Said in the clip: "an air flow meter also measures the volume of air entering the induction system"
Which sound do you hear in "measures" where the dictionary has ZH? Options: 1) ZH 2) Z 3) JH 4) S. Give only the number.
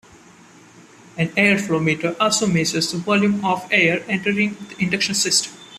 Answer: 4